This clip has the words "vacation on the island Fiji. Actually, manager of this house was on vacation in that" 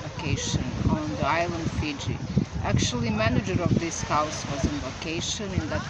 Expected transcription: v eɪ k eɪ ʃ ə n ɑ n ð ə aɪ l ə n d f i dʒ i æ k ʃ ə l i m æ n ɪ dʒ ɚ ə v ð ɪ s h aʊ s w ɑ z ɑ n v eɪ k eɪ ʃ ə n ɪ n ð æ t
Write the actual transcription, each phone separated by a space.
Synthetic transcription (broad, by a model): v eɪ k eɪ ʃ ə n ɑ n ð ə aɪ l ə n d f i dʒ i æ k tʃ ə l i m æ n ɪ dʒ ɚ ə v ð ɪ s h aʊ s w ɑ z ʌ n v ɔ k eɪ ʃ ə n ɪ n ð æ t